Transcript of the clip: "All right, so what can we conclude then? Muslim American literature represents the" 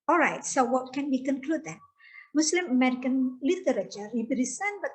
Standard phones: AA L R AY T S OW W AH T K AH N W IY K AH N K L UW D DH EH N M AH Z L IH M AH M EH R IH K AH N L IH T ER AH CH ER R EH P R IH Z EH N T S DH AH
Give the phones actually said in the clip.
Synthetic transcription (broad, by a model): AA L R AY T S OW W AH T K AH N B IY K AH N K L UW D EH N M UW S L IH M AH M EH R IH K AH N L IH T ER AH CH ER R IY B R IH S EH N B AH